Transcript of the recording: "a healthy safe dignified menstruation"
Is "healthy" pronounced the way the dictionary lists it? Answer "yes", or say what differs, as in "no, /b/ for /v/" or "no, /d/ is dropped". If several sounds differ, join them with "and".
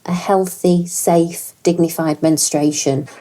yes